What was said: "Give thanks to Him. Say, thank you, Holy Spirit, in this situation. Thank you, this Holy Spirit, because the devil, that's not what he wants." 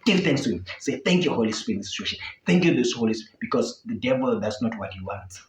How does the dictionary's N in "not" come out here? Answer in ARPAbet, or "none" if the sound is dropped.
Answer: N